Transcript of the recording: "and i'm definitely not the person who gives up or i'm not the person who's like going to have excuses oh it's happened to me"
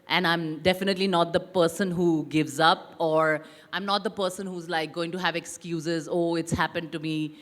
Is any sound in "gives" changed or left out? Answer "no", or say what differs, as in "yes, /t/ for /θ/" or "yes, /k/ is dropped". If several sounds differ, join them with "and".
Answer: no